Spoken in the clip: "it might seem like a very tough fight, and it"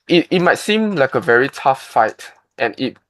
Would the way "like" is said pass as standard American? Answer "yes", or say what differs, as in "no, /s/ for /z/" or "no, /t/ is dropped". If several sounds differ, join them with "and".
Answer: yes